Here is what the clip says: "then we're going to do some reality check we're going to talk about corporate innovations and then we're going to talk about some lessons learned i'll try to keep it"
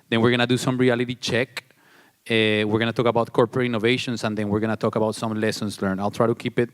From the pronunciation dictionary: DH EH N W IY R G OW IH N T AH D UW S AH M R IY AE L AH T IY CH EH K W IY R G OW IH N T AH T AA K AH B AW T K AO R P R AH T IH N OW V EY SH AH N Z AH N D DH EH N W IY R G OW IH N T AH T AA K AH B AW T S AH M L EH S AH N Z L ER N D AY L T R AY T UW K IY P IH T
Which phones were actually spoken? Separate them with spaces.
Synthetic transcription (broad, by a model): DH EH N W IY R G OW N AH D UW S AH M R IY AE L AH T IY CH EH K W IY R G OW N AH T AA K AH B AW T K AO R P R AH T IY N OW V EY SH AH N S AH N D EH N W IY R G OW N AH T AA K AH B AW T S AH M L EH S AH N S L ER N AY L T R AY T UW K IY P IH T